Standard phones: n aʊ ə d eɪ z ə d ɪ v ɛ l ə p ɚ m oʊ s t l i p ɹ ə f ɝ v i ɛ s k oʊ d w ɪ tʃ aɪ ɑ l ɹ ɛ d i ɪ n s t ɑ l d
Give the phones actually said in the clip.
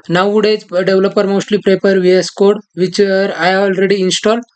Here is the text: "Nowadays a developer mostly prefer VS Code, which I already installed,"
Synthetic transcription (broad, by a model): n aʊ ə d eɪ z d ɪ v l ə p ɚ m oʊ s t l i p ɹ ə p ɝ v i ɛ s k oʊ d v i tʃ aɪ ɑ l ɹ ɛ d i n s t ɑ l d